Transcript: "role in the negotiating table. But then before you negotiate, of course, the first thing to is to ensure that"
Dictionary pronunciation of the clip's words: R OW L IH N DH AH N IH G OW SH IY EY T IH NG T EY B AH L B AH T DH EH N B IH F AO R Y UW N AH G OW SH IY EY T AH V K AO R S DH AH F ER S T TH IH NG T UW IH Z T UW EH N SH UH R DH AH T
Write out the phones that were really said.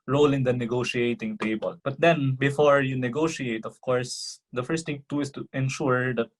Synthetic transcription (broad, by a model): R OW L IH N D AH N IH G OW SH IY EY T IH NG T EY B AH L B AH T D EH N B IH F AO R Y UW N AH G OW SH IY EY T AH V K AO R S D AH F ER S T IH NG T UW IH S T UW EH N SH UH R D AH T